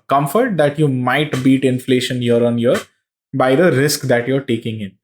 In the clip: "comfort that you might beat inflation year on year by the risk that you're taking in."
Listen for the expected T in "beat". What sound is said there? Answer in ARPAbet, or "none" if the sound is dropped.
T